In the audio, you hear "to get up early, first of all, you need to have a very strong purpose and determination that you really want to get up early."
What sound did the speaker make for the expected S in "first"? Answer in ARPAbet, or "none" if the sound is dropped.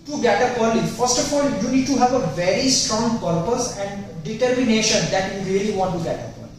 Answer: S